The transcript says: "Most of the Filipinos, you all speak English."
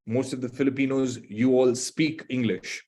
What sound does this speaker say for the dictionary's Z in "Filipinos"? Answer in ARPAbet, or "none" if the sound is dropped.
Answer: Z